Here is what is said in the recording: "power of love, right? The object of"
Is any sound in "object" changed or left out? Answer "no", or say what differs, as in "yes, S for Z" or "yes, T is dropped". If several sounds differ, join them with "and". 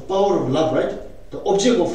yes, T is dropped